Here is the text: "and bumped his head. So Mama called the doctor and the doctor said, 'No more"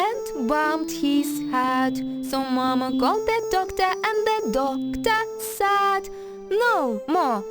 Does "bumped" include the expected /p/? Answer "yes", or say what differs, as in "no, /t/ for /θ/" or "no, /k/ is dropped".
no, /p/ is dropped